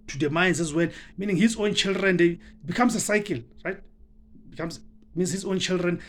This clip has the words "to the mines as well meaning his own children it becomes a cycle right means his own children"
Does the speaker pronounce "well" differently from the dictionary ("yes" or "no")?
yes